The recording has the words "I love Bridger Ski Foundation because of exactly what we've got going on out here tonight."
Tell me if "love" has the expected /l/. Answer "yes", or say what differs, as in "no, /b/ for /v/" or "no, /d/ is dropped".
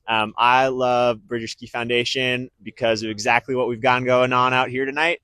yes